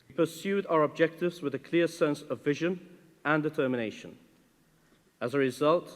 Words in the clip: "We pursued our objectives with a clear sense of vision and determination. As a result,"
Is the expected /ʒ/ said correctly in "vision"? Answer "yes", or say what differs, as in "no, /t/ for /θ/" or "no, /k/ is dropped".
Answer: yes